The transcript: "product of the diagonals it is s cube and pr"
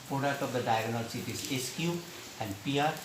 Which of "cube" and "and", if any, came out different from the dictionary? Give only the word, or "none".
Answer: cube